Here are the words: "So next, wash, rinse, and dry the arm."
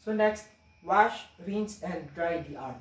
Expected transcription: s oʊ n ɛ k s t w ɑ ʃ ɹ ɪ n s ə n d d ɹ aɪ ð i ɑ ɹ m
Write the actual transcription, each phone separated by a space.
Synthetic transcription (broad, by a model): s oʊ n ɛ k s t w ɑ ʃ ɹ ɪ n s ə n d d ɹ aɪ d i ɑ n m